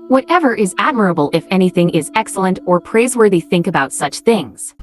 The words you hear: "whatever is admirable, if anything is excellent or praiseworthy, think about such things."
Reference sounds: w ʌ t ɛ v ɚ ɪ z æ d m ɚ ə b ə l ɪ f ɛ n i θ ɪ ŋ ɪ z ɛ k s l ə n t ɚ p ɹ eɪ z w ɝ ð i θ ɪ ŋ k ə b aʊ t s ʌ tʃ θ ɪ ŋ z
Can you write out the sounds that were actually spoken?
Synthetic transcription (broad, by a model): w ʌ t ɛ v ɚ ɪ z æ d m ɚ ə b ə l ɪ f ɛ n i θ ɪ ŋ ɪ z ɛ k s l ə n t ɚ p ɹ eɪ z w ɝ ð i θ ɪ ŋ k ə b aʊ t s ʌ tʃ θ ɪ ŋ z